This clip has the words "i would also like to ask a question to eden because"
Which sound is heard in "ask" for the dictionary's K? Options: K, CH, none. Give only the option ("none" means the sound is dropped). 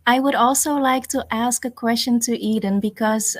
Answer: K